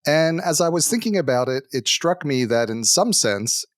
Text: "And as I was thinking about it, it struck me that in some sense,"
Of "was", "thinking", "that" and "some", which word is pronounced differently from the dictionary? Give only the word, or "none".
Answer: none